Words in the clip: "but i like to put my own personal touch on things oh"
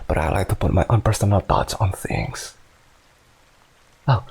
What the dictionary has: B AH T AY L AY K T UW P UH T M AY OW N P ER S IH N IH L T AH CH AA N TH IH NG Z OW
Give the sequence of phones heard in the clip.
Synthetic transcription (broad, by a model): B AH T AY L AY K T UW P UH T M AY OW N P ER S IH N IH L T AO S AA N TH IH NG S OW